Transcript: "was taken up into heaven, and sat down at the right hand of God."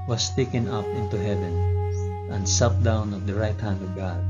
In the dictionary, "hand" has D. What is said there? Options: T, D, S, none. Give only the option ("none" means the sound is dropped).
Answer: D